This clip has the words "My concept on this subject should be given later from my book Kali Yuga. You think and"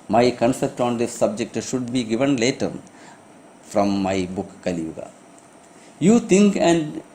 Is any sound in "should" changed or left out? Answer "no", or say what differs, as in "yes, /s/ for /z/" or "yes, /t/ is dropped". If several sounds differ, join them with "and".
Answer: no